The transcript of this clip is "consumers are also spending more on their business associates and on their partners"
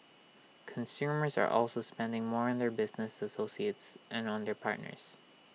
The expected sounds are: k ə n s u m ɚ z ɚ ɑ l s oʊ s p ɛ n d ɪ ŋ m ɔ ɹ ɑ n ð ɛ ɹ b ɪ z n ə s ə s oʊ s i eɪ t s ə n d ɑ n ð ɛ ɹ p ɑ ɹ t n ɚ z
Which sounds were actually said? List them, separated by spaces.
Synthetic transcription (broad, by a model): k ə n s u m ɚ z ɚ ɑ l s oʊ s p ɛ n d ɪ ŋ m ɔ ɹ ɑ n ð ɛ ɹ b ɪ z n ə s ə s oʊ s i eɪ t s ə n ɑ n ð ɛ ɹ p ɑ ɹ t n ɚ z